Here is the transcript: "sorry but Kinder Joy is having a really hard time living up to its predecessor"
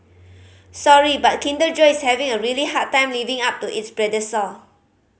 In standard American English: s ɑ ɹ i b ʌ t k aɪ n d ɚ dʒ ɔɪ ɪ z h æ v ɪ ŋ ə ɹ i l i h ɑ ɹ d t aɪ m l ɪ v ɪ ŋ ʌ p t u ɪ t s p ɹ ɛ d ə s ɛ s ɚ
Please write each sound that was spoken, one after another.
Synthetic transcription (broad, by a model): s ɑ ɹ i b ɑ t k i n d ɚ dʒ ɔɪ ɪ s h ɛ v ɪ ŋ ə ɹ i l i h ɑ t aɪ m l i v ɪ ŋ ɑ p t u ɪ t s b ɹ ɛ d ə s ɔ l